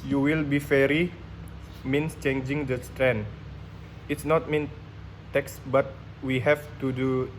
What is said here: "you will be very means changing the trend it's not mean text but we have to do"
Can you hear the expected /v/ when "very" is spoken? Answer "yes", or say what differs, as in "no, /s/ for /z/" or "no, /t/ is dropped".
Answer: no, /f/ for /v/